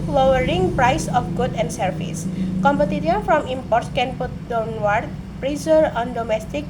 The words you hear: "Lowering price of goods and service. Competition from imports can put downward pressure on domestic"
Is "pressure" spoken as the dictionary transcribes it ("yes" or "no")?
no